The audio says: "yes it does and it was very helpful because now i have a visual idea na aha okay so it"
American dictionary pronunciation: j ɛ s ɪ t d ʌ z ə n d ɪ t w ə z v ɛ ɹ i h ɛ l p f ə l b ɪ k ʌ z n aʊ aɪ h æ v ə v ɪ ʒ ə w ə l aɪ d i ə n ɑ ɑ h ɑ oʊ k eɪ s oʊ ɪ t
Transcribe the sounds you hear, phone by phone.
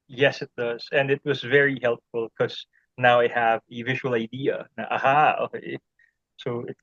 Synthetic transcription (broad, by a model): j ɛ s ɪ t d ʌ z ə n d ɪ t w ə z v ɛ ɹ i h ɛ l p f ə l k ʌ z n aʊ aɪ h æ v ə v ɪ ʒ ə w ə l aɪ d i ə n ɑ ɑ h ɑ oʊ k eɪ s oʊ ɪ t